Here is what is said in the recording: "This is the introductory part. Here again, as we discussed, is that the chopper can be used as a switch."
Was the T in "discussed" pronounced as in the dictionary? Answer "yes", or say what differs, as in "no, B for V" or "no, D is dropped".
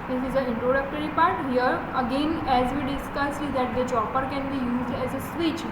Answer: no, T is dropped